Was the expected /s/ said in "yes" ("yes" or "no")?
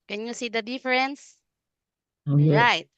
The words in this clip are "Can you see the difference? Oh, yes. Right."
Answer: no